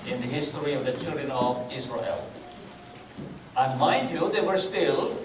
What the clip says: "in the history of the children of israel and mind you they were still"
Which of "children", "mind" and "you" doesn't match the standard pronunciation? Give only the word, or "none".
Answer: mind